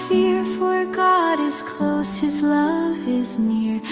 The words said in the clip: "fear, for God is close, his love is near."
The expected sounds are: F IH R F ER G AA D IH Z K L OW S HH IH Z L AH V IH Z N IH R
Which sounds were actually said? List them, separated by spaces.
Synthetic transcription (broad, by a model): F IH R F ER G AA D IH Z K L OW S HH IH Z L AH V IH Z N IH R